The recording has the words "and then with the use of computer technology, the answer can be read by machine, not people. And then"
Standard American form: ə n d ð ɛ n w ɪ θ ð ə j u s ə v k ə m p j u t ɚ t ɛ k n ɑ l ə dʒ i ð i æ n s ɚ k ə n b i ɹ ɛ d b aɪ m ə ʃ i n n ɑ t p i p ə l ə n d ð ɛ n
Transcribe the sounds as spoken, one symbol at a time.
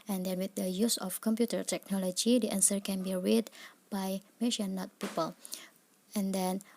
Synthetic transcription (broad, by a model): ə n d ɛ n w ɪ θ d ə j u s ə f k ə m p j u t ɚ t ɛ k n ɑ l ə dʒ i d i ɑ n s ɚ k ə n b i ɹ ɛ d b aɪ m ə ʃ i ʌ n ɑ t p i p ə l ə n d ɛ n